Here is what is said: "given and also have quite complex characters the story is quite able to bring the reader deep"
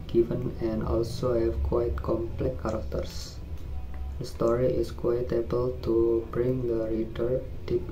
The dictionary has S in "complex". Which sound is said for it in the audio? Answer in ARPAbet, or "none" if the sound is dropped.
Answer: none